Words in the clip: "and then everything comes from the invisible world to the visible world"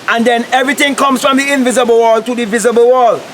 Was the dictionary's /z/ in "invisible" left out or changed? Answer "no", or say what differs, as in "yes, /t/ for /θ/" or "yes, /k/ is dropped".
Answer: no